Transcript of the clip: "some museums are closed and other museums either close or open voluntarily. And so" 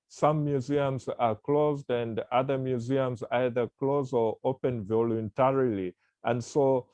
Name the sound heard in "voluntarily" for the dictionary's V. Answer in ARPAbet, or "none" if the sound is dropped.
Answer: V